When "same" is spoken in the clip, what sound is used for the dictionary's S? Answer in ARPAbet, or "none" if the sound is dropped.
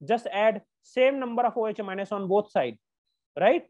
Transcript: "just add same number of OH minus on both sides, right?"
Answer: S